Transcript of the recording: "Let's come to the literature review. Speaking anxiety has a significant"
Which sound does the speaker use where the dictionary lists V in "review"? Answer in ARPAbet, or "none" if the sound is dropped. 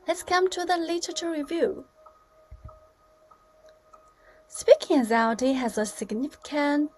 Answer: V